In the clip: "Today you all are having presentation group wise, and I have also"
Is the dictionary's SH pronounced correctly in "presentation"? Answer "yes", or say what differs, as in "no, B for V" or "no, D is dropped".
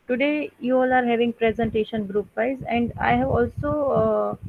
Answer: yes